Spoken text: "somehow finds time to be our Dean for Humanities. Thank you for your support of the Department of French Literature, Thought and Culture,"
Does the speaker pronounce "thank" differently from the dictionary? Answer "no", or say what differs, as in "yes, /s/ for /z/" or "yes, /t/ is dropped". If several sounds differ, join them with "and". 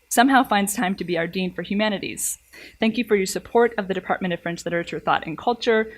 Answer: no